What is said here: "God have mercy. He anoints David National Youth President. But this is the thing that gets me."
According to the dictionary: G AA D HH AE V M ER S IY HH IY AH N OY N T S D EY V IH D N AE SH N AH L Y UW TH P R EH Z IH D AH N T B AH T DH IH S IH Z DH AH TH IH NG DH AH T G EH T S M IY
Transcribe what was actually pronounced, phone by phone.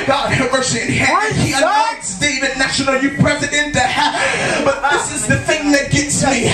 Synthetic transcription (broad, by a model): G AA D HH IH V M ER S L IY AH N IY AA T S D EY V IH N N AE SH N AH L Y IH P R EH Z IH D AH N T B AH T DH IH S IH Z DH AH TH IH NG DH AH T G EH T S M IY